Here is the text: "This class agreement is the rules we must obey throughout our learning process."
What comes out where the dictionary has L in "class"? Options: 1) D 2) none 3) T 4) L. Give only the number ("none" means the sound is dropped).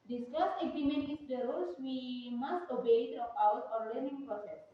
2